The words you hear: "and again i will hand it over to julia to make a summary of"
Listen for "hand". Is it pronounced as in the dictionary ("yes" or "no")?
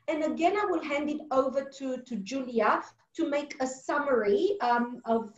yes